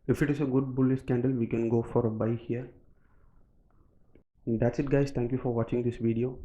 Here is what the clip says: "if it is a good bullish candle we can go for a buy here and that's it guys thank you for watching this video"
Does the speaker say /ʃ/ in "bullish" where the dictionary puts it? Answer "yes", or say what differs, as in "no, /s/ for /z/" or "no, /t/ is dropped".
no, /s/ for /ʃ/